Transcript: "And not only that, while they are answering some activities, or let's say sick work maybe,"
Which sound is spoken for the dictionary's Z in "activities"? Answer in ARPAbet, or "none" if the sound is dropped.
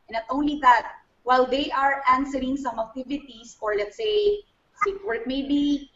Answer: S